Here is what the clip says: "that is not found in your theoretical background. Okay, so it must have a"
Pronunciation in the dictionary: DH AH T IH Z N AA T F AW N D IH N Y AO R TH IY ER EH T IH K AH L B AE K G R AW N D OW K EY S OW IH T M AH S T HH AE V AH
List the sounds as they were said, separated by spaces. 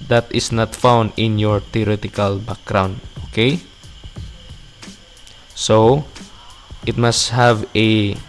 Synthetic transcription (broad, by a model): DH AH T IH S N AA T F AW N D IH N Y AO R T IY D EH T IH K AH L B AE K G R AW N D OW K EY S OW IH T M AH S T HH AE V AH